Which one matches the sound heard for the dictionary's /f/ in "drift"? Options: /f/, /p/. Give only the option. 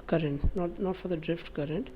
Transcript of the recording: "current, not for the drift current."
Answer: /f/